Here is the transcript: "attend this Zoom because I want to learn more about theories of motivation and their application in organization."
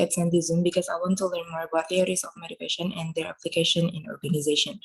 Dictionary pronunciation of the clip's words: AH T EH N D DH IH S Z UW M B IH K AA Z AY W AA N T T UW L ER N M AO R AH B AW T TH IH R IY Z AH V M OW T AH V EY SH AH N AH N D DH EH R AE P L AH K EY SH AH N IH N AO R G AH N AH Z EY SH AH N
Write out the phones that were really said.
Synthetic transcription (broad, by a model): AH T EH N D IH Z UW M B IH K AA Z AY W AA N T T UW L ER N M AO R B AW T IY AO R IY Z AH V M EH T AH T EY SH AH N AH N D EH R AE P L AH K EY SH AH N IH N AO R G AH N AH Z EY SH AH N